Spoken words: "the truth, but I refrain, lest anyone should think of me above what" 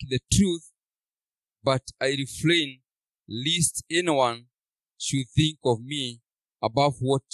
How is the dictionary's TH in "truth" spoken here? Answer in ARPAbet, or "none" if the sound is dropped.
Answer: TH